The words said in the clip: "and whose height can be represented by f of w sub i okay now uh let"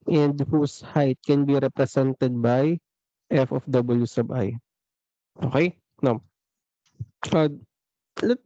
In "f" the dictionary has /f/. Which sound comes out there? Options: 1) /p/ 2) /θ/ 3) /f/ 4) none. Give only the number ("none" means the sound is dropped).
3